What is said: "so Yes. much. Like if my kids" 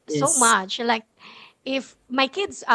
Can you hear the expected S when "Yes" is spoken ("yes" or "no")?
no